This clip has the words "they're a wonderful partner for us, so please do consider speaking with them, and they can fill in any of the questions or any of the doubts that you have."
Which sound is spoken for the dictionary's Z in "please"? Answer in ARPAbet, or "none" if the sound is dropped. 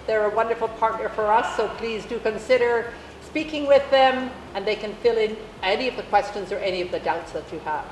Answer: Z